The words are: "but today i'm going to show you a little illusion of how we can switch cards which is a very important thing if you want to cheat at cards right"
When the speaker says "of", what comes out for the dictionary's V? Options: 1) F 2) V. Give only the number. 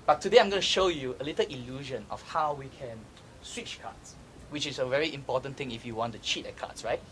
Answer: 1